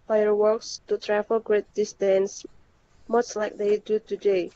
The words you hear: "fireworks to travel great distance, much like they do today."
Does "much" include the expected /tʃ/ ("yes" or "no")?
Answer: no